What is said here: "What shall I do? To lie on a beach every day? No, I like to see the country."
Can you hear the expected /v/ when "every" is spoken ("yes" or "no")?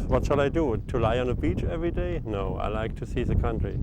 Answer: yes